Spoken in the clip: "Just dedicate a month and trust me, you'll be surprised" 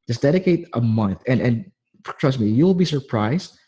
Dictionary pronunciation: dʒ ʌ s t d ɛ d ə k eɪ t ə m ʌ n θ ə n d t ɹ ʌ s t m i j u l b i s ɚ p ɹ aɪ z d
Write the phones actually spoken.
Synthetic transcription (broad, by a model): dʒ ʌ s d ɛ d ə k eɪ t ə m ʌ n θ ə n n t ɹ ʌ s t m i j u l b i s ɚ p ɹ aɪ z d